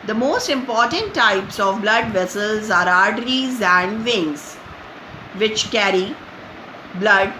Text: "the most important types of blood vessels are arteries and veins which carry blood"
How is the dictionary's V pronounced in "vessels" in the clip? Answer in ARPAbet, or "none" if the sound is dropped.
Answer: V